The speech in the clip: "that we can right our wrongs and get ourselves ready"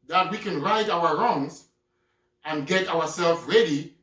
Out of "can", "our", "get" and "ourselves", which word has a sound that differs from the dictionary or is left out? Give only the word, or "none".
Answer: ourselves